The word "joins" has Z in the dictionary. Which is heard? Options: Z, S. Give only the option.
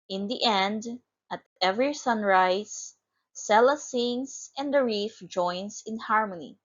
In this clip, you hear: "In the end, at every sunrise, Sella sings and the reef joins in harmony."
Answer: S